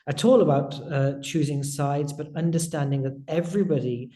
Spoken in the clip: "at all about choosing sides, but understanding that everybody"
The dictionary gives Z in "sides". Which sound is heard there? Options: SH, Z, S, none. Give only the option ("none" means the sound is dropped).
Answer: Z